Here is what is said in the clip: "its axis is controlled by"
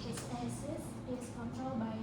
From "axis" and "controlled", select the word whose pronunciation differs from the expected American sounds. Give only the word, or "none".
axis